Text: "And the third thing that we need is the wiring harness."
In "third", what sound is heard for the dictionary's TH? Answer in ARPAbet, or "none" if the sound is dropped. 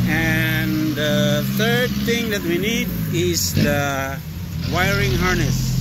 T